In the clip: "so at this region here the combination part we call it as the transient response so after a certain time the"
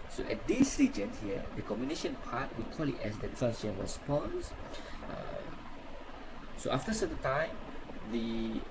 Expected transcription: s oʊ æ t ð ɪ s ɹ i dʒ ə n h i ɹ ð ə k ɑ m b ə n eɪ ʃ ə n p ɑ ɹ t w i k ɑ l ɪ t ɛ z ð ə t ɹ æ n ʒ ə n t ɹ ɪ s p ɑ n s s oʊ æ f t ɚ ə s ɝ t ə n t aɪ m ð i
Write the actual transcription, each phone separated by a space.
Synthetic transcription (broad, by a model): s oʊ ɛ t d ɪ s ɹ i dʒ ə n h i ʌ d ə k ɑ m ə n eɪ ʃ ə n p ɑ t w i k ɑ l ɪ t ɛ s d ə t ɹ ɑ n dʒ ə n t ɹ ɪ s p ɑ n s s oʊ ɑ f t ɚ ə s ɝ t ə n t aɪ m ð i